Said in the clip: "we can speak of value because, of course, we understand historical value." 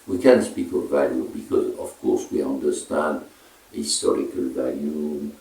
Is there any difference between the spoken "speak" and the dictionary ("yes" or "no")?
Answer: no